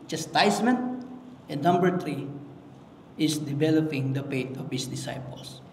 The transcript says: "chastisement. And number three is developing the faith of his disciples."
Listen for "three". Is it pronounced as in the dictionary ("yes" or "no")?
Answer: no